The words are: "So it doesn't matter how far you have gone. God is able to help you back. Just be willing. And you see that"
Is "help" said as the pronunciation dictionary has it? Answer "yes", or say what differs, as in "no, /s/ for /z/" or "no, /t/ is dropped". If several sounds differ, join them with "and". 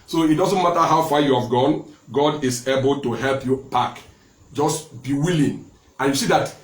yes